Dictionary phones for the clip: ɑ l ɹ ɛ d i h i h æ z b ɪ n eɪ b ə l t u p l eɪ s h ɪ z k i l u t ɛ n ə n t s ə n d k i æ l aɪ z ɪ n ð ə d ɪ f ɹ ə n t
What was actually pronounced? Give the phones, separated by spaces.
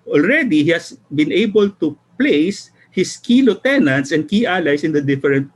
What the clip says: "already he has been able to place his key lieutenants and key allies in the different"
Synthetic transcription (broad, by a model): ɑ l ɹ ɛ d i h i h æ s b ɪ n eɪ b ə l t u p l eɪ s h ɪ s k i l u t ɛ n ə n t s ə n d k i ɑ l aɪ s ɪ n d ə d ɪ f ɹ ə n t